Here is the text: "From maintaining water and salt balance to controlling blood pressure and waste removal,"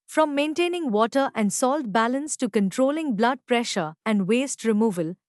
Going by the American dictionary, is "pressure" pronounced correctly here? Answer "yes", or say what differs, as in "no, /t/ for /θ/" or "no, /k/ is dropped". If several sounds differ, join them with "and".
yes